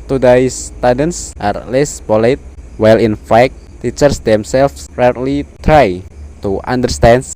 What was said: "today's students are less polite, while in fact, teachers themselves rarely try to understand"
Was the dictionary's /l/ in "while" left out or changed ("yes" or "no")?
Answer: no